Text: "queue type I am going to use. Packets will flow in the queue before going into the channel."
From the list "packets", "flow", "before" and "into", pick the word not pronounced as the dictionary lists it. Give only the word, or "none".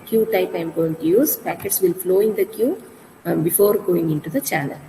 none